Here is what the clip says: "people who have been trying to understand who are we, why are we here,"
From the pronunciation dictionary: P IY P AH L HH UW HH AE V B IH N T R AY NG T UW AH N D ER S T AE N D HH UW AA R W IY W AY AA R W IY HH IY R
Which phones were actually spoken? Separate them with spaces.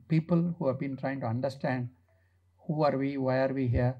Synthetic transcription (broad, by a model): P IY P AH L HH UW HH AE V B IH N T R AY NG T UW AH N D ER S T AE N D HH UW AA R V IY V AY AA R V IY HH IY R